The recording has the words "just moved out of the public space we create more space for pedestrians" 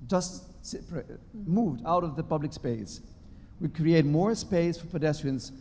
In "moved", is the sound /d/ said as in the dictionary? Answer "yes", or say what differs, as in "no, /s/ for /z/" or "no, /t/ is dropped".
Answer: yes